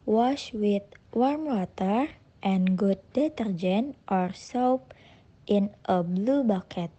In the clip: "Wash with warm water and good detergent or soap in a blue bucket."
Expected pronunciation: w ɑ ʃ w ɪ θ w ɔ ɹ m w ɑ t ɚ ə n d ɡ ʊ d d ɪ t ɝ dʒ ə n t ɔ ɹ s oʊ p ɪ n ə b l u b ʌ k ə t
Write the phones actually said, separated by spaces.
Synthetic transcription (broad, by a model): w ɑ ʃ w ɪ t w ɔ ɹ m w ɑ t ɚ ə n ɡ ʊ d d ɪ t ɝ dʒ ə n t ɔ ɹ s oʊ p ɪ n ə b l u b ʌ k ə t